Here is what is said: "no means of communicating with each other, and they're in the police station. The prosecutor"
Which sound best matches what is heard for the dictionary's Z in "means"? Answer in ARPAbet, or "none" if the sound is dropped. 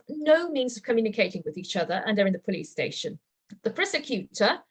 Z